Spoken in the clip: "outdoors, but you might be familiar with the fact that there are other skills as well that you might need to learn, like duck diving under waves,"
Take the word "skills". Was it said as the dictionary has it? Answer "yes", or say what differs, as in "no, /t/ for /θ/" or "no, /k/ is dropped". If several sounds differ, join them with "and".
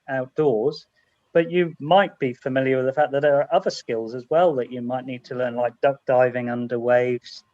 yes